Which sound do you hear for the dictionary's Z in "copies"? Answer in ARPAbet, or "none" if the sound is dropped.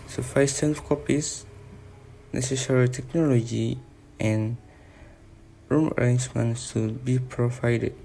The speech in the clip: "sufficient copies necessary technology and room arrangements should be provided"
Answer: S